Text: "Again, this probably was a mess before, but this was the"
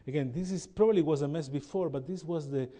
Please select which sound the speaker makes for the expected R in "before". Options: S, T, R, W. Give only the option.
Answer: R